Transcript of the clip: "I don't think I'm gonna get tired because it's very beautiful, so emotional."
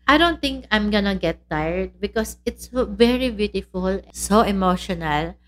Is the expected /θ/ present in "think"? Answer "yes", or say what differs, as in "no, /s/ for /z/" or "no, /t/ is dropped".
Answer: no, /t/ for /θ/